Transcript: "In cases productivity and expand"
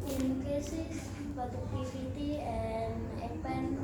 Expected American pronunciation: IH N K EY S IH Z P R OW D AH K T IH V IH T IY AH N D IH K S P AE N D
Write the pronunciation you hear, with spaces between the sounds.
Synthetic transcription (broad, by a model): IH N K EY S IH S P R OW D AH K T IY F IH T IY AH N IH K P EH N